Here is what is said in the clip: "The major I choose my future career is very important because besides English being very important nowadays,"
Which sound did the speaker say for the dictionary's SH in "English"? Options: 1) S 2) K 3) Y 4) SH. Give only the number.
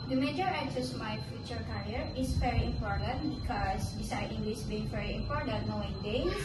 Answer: 1